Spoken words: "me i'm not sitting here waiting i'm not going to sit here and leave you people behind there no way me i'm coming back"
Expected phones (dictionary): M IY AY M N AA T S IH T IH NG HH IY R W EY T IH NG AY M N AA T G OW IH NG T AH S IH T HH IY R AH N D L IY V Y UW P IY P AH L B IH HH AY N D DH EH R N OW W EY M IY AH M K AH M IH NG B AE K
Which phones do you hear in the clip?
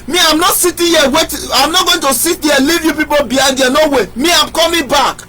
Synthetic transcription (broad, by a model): M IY AY M N AA T S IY T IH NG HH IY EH W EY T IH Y M N AA T G OW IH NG T AH S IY T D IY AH L IY V Y UW P IY P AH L B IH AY D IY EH N OW W EY M IY AH M K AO M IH B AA K